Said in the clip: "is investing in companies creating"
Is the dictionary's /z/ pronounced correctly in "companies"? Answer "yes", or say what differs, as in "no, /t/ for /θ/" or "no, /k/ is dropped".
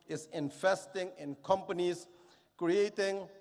no, /s/ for /z/